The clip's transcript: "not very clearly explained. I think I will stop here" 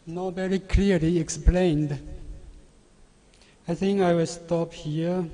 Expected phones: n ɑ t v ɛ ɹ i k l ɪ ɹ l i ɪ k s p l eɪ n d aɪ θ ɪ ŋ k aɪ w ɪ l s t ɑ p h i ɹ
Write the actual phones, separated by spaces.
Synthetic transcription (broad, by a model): n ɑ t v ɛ ɹ i k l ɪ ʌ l i ɪ k s p l eɪ n d aɪ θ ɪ ŋ k aɪ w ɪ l s t ɑ p h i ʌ